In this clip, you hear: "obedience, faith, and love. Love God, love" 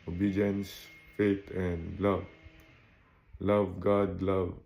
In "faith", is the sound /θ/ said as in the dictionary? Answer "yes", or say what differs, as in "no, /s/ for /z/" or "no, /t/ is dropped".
no, /t/ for /θ/